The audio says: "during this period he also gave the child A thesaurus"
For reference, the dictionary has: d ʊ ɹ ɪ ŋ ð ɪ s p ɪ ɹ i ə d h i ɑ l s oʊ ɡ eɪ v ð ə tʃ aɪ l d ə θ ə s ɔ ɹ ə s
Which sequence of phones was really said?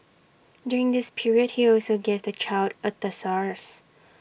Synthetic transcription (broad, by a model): d ʊ ɹ ɪ ŋ ð ɪ s p ɪ ɹ i ə d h i ɑ l s oʊ ɡ eɪ v ð ə tʃ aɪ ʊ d ə t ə s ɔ ɹ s